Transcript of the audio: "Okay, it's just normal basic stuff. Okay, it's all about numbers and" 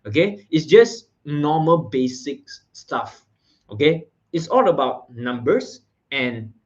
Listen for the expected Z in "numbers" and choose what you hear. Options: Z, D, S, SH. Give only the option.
S